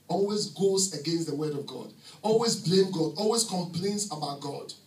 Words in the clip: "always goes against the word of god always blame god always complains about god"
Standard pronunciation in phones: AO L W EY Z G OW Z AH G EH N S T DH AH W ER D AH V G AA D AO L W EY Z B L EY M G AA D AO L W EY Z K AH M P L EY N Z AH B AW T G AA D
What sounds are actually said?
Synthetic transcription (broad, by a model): AO L W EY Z G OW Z AH G EH N S T DH AH W ER D AH V G AA D AO L W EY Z B L EY M G AA D AO L W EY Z K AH M P L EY N S AH B AW T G AA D